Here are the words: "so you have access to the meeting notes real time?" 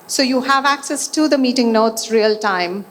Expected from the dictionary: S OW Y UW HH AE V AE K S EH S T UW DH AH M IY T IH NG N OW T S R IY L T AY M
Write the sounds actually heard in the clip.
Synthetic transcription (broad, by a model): S OW Y UW HH AE V AE K S EH S T UW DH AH M IY T IH NG N OW T S R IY L T AY M